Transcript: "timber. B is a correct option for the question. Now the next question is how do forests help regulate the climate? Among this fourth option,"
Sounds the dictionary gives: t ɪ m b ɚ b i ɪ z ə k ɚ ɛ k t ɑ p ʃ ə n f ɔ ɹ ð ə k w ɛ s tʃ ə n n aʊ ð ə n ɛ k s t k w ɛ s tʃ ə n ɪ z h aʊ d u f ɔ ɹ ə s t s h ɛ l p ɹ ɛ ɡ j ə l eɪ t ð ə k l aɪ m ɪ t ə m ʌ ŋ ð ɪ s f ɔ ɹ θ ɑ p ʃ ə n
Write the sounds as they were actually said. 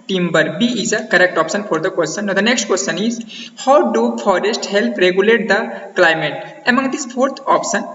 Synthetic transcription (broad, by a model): t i m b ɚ b i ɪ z ə k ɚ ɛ k t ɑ p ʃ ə n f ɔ ɹ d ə k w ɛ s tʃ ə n n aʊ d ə n ɛ k s t k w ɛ s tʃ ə n ɪ z h aʊ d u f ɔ ɹ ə s t h ɛ l p ɹ ɛ ɡ j ə l eɪ t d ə k l aɪ m ɪ t ə m ʌ ŋ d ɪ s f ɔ ɹ t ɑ p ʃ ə n